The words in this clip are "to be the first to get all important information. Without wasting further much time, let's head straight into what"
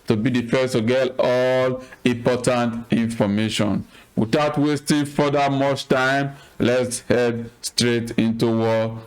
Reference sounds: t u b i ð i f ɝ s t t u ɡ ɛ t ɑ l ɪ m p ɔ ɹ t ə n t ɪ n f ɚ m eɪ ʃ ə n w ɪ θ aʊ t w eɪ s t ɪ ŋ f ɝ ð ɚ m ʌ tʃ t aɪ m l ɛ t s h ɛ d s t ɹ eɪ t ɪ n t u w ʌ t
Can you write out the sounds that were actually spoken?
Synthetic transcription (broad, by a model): t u b i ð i f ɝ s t t u ɡ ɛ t ɑ l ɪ m p ɔ t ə n t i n f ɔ m eɪ ʃ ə n w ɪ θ aʊ t w eɪ s t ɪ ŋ f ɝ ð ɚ m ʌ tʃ t aɪ m l ɛ t s h ɛ d s t ɹ eɪ t ɪ n t u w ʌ